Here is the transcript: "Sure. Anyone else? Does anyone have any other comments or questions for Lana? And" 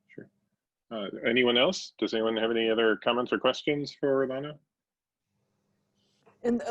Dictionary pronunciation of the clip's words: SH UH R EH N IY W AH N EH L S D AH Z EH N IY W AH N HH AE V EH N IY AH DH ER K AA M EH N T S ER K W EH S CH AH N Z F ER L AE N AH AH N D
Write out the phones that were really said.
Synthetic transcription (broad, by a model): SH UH R EH N IY W AH N EH L S D AH Z EH N IY W AH N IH V EH N IY AH DH ER K AA M EH N T S ER K W EH S CH AH N Z F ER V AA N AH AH N